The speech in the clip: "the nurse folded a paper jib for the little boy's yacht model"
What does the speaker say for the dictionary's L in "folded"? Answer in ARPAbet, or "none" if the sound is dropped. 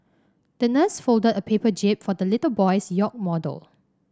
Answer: L